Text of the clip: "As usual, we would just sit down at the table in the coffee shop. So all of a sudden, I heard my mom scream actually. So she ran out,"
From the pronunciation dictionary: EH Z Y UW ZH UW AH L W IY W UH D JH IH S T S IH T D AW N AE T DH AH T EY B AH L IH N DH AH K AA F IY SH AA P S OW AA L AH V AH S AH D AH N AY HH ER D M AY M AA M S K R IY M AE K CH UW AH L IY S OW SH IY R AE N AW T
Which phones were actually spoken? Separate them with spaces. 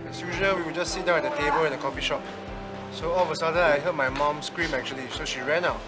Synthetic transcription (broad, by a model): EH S Y UW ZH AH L W IY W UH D JH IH S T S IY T D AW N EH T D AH T EY B AH L IH N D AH K AA F IY SH AA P S OW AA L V AH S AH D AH AY HH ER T M AY M AA M S K R IY M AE K CH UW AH L IY S OW SH IY R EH N AW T